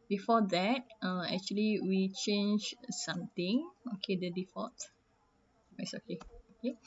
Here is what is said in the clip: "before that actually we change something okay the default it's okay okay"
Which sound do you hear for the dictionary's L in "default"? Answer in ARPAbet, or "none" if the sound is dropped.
none